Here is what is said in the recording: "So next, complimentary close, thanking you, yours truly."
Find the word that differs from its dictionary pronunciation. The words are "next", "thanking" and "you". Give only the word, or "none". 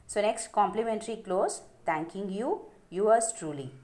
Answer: thanking